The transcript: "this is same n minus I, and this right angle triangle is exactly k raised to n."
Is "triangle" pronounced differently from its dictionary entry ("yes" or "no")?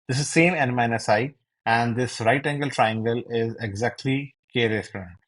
no